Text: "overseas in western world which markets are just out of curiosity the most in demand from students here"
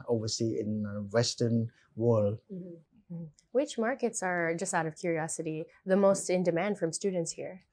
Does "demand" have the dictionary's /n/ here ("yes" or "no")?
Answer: yes